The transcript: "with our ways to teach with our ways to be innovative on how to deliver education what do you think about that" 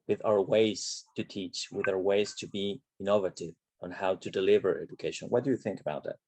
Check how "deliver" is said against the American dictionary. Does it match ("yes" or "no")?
yes